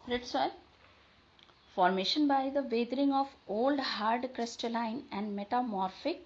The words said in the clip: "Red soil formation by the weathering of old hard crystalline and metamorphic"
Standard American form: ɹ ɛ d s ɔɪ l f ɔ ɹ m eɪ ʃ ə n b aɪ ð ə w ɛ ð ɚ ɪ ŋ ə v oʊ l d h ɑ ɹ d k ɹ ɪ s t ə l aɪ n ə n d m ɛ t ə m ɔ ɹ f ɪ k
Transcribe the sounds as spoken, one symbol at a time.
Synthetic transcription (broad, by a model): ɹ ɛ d s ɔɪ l f ɔ ɹ m eɪ ʃ ə n b aɪ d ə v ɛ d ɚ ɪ ŋ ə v oʊ l d h ɑ ɹ d k ɹ ɪ s t ə l aɪ n ə n d m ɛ t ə m ɔ ɹ f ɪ k